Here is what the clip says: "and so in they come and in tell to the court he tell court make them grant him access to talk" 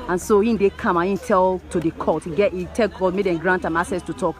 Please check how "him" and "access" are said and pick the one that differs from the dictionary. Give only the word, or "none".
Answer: access